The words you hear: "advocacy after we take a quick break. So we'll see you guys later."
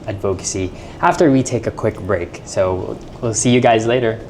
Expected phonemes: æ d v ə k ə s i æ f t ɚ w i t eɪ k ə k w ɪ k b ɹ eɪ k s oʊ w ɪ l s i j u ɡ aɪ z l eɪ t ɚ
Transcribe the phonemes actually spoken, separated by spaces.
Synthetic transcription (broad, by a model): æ d v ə k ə s i æ f t ɚ w i t eɪ k ə k w ɪ k b ɹ eɪ k s oʊ w ɪ l s i j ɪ ɡ aɪ z l eɪ t ɚ